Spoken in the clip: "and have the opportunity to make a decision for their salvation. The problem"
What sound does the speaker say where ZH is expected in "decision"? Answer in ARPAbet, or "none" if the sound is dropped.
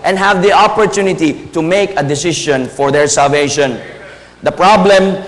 SH